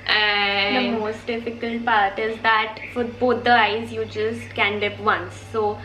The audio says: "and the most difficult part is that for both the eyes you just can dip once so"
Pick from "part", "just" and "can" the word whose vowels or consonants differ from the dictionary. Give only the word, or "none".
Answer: none